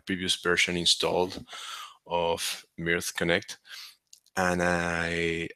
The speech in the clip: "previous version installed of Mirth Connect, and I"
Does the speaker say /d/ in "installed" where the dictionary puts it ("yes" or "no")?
yes